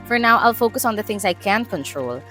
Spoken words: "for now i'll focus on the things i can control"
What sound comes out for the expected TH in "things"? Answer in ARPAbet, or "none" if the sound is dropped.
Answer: T